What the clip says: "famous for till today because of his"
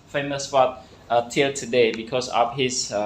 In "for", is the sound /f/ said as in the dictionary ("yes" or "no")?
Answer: no